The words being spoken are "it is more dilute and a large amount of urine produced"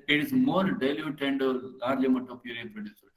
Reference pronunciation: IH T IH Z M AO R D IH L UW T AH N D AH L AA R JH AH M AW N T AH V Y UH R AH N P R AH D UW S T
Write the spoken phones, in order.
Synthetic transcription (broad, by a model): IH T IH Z M AO R D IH L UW T AH N D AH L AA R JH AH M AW T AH P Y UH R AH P R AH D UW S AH